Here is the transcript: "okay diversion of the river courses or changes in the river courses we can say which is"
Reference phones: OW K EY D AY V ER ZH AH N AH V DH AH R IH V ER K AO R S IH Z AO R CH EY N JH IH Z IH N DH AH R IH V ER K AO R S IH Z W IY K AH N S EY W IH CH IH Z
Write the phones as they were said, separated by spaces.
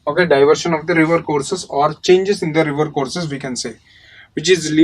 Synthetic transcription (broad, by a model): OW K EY D AY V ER SH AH N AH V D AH R IH V ER K AO R S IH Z AO R CH EY N JH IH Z IH N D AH R IH V ER K AO R S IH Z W IY K AH N S EY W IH CH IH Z